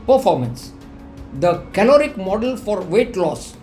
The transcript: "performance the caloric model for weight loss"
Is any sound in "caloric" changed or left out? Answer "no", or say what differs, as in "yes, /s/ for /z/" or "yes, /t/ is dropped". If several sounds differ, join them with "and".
no